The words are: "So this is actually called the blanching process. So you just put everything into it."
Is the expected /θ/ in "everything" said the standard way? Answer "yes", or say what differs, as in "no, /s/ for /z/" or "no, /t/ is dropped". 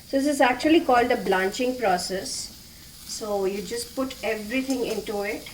no, /t/ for /θ/